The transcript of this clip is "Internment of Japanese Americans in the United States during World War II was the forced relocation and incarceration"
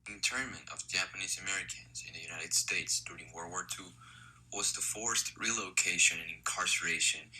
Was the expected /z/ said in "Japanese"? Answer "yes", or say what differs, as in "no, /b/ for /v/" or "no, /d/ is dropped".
yes